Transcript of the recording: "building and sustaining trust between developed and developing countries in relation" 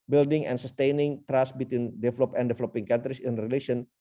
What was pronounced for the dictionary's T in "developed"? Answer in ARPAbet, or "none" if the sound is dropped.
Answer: none